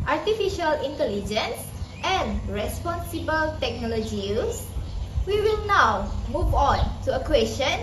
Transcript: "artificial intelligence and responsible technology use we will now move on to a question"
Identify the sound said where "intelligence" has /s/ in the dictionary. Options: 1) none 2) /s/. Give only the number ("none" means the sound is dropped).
2